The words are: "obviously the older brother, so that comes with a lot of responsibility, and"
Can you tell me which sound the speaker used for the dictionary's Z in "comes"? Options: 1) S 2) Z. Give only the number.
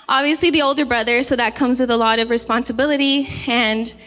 2